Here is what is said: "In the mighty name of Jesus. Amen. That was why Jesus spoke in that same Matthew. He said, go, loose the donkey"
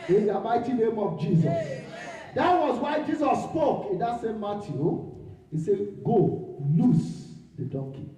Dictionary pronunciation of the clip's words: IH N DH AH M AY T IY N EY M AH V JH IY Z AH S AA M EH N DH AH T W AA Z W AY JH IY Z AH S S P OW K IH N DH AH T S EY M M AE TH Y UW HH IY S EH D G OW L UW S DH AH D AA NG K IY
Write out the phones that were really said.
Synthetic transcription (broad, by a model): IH N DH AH M AY T IY N EY M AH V JH IY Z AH S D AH T W AA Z W AY JH IY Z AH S S P OW K IH N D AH T S EY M M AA T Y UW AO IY S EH G OW L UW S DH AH D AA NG K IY